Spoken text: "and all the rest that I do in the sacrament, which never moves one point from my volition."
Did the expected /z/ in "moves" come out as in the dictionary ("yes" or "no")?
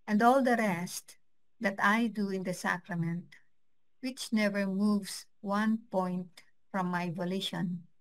no